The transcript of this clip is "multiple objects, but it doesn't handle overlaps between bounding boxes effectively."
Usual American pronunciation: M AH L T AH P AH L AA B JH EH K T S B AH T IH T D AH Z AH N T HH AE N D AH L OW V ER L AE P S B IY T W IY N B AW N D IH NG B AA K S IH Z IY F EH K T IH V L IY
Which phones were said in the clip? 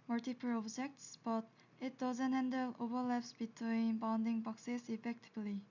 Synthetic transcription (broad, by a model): M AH L T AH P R AA B JH EH K T S B AH T IH T D AH Z AH N T HH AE N D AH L OW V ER L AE P S B IY T W IY N B AW N D IH NG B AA K S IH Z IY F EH K T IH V L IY